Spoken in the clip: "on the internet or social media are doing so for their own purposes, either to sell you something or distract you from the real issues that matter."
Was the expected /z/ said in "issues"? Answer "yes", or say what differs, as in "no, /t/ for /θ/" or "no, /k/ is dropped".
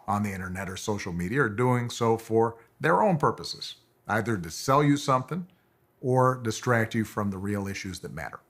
yes